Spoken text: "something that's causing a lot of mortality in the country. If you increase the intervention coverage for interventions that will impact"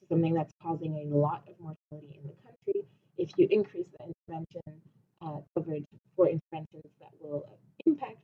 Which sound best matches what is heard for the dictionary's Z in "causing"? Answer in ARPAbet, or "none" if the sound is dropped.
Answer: Z